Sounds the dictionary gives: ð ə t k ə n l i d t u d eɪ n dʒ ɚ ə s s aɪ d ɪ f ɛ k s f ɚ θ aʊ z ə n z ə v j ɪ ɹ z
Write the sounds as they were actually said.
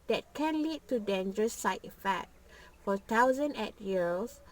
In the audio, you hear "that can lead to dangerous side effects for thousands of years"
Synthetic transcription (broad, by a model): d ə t k ə n l i d t u d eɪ n dʒ ɚ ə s s aɪ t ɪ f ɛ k f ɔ t aʊ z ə n ə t j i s